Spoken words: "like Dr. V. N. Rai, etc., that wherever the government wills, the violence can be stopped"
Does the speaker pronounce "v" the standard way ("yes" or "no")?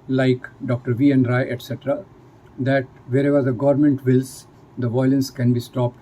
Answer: yes